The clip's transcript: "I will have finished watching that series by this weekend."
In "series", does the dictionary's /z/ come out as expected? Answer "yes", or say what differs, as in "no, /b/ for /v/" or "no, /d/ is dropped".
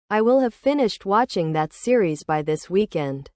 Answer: yes